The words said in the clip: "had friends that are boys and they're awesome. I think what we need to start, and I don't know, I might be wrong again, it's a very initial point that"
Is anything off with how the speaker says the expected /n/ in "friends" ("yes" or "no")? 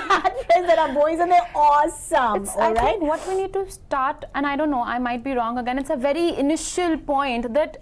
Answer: yes